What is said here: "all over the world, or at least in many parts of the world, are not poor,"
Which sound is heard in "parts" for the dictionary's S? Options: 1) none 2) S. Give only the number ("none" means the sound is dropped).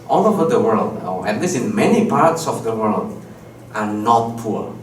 2